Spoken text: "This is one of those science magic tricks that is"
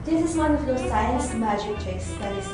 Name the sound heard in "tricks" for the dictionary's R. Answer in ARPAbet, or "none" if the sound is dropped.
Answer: none